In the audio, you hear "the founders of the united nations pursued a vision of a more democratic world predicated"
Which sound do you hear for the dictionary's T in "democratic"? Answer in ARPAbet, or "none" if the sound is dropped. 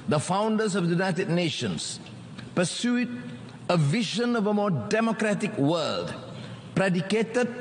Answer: T